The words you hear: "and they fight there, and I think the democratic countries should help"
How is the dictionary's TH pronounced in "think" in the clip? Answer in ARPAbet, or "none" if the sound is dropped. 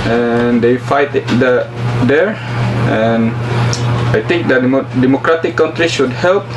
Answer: T